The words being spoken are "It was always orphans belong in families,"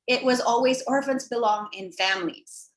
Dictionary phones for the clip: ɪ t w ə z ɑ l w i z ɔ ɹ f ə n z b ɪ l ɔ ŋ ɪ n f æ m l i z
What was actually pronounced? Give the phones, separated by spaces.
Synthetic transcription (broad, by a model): ɪ t w ə z ɑ l w i z ɔ ɹ f ə n z b ɪ l ɔ ŋ ɪ n f æ m l i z